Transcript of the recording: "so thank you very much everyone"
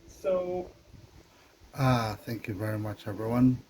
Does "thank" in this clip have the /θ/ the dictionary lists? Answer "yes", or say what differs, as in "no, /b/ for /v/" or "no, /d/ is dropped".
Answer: yes